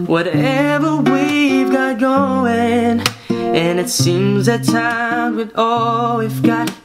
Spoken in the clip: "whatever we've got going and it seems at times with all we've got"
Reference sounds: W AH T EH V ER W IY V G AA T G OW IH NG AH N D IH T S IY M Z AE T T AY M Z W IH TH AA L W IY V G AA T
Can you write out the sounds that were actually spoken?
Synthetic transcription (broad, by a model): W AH T EH V ER W IY V G AA T G OW IH NG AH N IH T S IY M Z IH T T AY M W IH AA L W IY F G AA T